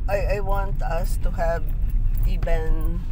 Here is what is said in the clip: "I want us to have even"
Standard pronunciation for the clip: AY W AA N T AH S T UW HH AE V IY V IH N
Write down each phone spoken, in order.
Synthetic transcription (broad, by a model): AY W AA N T AH S T UW HH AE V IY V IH N